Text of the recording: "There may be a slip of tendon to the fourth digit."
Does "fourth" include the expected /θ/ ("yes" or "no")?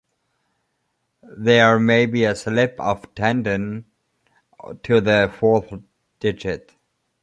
yes